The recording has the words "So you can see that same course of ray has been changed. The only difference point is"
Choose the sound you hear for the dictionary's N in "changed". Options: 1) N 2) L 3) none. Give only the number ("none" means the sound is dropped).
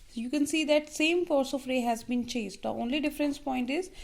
3